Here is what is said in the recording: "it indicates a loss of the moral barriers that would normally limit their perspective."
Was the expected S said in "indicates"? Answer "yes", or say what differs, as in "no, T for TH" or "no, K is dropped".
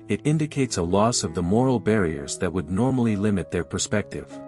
yes